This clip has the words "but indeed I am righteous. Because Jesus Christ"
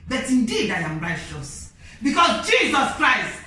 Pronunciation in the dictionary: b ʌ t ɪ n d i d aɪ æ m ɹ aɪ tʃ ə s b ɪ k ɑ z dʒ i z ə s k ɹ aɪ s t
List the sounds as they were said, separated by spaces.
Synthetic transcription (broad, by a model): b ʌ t ɪ n d i d aɪ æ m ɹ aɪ ʃ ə s b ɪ k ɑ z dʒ i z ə s k ɹ aɪ s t